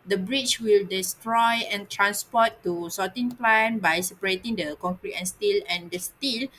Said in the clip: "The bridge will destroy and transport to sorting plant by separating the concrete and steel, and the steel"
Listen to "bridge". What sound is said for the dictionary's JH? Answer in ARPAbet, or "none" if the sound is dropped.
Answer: CH